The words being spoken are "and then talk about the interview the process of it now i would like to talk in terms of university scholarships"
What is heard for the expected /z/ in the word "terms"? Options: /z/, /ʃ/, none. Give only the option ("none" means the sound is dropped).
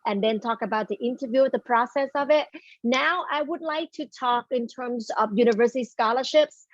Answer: /z/